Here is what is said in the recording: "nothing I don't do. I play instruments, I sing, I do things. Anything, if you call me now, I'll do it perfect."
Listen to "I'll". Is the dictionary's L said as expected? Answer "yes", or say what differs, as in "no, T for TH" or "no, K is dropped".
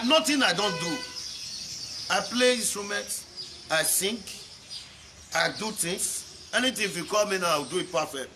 no, W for L